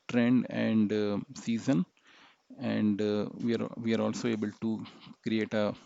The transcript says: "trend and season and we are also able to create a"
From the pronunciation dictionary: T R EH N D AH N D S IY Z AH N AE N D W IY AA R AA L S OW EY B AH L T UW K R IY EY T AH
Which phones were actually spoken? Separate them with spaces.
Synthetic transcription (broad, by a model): T R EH N D AH N D S IY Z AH N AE N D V IY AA R AA L S OW EY B AH L T UW K R IY EY T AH